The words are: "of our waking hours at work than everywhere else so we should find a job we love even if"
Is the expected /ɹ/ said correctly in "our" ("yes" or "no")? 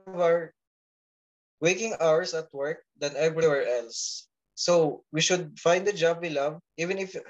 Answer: yes